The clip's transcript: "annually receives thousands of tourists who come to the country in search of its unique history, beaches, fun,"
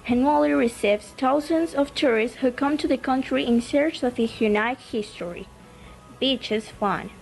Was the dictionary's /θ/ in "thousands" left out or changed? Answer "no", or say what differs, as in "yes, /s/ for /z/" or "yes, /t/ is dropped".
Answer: yes, /t/ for /θ/